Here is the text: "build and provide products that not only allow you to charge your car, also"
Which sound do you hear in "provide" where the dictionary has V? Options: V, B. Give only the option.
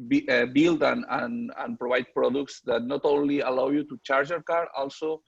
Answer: B